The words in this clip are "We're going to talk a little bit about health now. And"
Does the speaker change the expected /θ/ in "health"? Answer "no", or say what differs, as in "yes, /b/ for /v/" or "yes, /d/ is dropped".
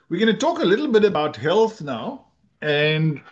yes, /t/ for /θ/